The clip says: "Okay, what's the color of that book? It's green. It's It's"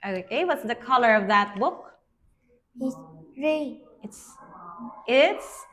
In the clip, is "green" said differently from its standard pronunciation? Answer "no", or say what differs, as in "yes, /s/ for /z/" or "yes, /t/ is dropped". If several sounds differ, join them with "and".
yes, /n/ is dropped